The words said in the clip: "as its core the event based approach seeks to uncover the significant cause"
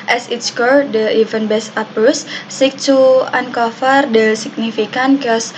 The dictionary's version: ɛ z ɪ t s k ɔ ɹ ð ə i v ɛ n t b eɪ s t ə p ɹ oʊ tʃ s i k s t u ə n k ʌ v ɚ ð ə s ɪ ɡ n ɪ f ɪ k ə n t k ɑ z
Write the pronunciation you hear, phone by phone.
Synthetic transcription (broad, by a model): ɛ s ɪ t s k ɔ ɹ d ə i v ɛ n b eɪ s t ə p oʊ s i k t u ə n k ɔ f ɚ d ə s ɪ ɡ n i f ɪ k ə n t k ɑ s